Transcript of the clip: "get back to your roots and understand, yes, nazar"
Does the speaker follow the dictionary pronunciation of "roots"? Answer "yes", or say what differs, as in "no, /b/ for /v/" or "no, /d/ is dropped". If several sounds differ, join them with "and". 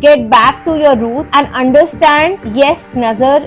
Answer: no, /s/ is dropped